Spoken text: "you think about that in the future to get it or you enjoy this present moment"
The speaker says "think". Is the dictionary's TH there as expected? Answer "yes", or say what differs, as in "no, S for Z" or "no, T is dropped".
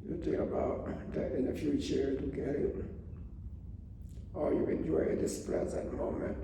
no, T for TH